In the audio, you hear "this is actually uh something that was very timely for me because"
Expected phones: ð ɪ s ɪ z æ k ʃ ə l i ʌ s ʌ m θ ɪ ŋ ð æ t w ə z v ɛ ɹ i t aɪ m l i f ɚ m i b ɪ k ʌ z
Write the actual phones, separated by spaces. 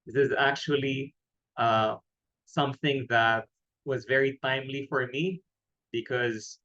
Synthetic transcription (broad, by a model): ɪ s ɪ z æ k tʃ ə l i ʌ s ʌ m θ ɪ ŋ ð æ t w ə z v ɛ ɹ i t aɪ m l i f ɚ m i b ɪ k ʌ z